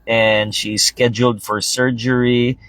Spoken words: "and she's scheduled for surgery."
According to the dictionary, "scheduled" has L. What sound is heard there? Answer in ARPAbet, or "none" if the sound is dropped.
L